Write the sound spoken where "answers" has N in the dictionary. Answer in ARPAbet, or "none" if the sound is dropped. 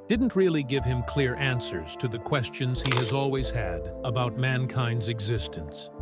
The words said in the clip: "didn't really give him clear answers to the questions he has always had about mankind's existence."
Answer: N